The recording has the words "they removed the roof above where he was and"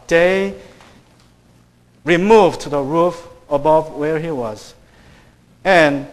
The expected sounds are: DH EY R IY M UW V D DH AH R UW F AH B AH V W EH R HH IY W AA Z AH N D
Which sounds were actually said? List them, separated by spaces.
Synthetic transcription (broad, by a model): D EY R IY M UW V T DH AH R UW F AH B AH V W EH R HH IY W AA Z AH N